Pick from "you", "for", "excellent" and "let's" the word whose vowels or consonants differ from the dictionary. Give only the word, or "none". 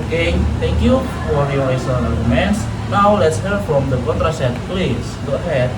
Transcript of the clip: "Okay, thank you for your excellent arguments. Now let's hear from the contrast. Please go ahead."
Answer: excellent